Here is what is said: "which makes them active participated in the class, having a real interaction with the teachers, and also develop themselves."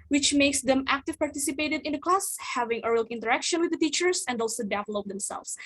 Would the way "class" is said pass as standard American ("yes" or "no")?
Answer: yes